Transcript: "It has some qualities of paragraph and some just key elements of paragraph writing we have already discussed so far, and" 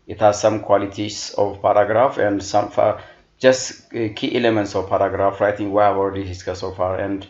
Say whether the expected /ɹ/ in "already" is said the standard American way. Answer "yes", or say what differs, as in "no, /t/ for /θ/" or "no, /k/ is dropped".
no, /ɹ/ is dropped